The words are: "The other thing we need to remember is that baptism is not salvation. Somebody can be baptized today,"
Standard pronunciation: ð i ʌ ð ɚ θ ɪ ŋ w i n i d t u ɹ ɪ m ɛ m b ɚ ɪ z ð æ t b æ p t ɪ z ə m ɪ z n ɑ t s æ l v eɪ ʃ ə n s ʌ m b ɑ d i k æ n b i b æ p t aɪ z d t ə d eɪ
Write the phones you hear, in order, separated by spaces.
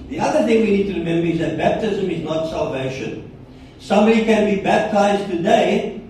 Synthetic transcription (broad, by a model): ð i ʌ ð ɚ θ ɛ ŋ w i n i d t u ɹ ɪ m ɛ m b ɚ ɪ z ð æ t b æ p t ɪ z ə m ɪ z n ɑ t s æ l v eɪ ʃ ə n s ʌ m b ɑ d i k æ n b i b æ p t aɪ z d t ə d eɪ